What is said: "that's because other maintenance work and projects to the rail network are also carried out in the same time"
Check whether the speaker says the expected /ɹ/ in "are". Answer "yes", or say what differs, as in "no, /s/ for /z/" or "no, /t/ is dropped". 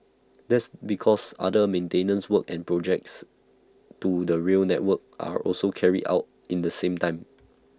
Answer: yes